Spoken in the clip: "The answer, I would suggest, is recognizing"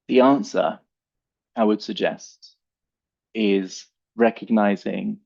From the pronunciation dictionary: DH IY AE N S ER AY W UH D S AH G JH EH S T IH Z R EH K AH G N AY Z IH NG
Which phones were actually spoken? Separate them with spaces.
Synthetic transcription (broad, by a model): DH IY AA N S ER AY W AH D S AH G JH EH S T IH Z R EH K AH G N AY Z IH NG